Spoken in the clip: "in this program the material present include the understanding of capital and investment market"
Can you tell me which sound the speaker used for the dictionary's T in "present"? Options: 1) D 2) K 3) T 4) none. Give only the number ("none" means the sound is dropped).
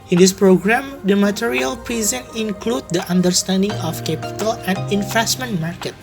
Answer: 4